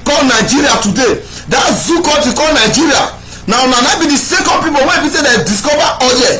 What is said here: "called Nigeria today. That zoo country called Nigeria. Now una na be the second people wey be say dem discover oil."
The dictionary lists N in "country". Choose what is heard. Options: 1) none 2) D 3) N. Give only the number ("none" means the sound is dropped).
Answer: 1